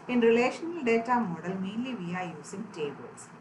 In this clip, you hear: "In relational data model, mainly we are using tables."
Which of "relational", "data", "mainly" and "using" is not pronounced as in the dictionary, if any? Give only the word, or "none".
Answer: using